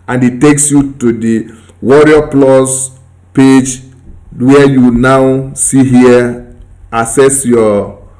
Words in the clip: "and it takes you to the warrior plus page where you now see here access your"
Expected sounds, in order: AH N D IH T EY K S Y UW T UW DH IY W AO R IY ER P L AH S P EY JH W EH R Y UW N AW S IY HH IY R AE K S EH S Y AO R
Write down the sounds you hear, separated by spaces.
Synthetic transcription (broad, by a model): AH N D IH T EY K S Y UW T UW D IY W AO R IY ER P L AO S P EY JH W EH Y UW N AW S IY HH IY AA S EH S Y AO